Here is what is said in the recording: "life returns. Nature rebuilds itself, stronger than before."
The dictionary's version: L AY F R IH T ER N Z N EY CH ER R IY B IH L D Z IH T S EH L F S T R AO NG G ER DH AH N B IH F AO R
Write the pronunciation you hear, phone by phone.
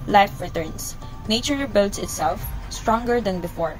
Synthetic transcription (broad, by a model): L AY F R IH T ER N S N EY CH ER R B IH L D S IH T S EH L F S T R AO NG G ER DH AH N B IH F AO R